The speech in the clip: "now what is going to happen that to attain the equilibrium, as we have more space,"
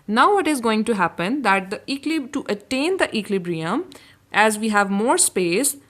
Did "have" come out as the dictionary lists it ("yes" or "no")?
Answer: yes